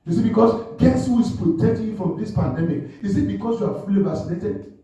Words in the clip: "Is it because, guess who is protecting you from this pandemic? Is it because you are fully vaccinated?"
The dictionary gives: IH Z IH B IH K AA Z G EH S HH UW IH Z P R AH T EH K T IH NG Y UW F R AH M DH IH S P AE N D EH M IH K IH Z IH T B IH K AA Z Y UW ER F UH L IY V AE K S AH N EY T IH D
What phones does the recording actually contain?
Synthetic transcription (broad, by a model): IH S IH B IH K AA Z G EH S HH UW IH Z P R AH T EH K T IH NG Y F R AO M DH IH S P AE N D EH M IH K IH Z IH T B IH K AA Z Y UW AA F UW L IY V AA S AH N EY T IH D